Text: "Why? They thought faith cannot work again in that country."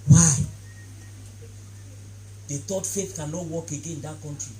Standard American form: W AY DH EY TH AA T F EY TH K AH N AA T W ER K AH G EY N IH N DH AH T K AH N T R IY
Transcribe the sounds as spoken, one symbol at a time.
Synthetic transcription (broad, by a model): W AY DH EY T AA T F EY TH K AH N AA T W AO K AH G EY N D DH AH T K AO N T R IY